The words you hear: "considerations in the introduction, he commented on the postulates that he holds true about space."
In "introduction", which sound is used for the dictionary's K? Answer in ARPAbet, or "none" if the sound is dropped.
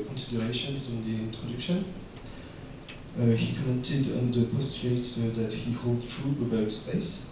K